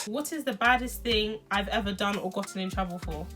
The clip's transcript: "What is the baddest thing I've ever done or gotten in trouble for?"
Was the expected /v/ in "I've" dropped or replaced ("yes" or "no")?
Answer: no